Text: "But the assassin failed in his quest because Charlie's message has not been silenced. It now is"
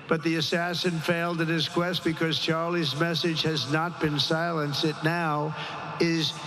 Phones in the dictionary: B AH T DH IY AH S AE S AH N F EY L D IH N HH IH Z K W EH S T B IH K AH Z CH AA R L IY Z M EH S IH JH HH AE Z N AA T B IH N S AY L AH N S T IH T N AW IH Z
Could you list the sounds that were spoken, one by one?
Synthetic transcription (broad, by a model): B AH T DH IY AH S AE S AH N F EY L D IH N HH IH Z K W EH S T B IH K AH Z CH AA R L IY Z M EH S IH JH HH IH Z N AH T B IH N S AY L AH N S IH T N AW IH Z